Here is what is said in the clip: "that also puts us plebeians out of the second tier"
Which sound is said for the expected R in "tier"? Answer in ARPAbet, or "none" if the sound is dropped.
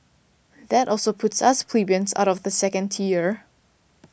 R